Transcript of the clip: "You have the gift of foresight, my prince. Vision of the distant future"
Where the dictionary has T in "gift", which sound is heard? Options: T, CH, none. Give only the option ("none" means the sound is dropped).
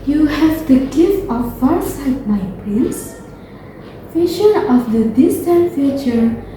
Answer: none